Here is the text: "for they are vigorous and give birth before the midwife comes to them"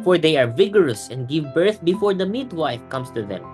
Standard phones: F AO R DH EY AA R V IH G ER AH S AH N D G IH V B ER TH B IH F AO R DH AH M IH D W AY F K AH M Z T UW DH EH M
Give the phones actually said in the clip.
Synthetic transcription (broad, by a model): F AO R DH EY AA R V IH G ER AH S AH N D G IH V B ER TH B IH F AO R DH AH M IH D W AY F K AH M S T UW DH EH M